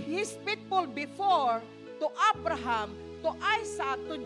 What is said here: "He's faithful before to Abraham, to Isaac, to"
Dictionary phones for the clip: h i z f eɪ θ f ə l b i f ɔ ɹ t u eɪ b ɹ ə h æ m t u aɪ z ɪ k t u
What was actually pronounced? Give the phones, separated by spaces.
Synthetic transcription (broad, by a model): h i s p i t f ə l b i f ɔ ɹ t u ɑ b ɹ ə h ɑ m t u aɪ s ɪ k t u